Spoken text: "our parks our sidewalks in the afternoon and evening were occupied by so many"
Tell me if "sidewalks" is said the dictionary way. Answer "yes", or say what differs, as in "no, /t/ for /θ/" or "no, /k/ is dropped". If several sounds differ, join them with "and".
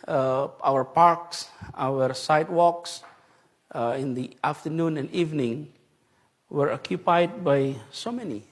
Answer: yes